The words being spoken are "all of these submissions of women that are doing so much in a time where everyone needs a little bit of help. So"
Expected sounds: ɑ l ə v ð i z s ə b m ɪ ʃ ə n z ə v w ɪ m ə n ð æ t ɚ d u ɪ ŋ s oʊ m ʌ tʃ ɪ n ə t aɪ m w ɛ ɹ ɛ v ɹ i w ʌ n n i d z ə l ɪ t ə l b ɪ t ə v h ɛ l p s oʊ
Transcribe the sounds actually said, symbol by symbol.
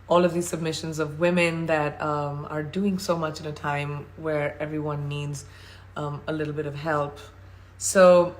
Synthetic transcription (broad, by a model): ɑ l ə v ð i z s ə b m ɪ ʃ ə n z ə v w ɪ m ə n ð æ t ɚ d u ɪ ŋ s oʊ m ʌ tʃ ɪ n ə t aɪ m w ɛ ɹ ɛ v ɹ i w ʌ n n i d z ə l ɪ t l b ɪ t ə v h ɛ l p s oʊ